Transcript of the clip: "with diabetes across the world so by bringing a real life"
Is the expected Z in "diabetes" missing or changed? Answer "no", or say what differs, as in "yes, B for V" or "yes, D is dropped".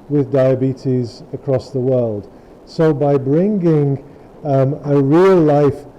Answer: no